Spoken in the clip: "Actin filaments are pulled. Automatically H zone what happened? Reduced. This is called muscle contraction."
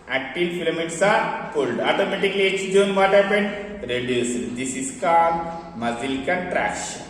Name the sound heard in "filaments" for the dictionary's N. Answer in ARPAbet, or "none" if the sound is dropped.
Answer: none